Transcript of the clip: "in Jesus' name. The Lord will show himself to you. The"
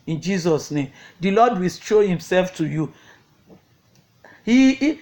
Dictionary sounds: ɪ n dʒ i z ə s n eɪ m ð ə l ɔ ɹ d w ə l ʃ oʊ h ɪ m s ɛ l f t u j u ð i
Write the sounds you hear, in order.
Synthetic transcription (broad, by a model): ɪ n dʒ i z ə s n eɪ m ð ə l ɔ d w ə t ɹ oʊ h ɪ m s ɛ l f t u j u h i